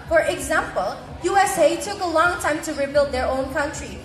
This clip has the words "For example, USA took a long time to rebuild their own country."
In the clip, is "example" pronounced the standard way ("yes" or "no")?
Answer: yes